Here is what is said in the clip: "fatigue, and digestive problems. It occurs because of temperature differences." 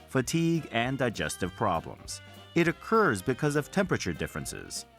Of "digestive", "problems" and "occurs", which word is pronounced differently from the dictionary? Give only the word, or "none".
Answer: none